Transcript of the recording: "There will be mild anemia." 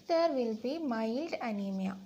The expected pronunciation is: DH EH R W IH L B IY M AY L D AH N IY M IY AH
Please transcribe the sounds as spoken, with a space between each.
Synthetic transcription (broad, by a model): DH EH R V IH L B IY M AY L D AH N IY M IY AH